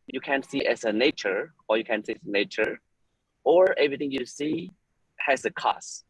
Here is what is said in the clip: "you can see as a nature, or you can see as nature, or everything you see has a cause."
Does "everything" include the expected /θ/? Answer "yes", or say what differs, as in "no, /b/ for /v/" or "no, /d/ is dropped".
no, /t/ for /θ/